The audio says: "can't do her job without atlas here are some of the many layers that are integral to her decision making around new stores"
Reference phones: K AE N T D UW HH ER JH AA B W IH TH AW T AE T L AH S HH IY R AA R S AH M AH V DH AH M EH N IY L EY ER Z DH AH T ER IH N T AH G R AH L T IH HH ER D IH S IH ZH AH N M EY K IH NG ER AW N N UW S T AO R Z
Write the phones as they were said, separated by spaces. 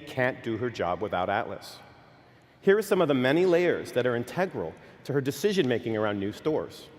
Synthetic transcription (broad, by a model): K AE N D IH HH ER JH AA B W IH TH AW T AE T L AH S HH IY R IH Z S AH M AH V DH AH M EH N IY L EY ER Z DH AH T ER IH N T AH G R L T IH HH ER D IH S IH ZH AH N M EY K IH NG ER AW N N UW S T AO R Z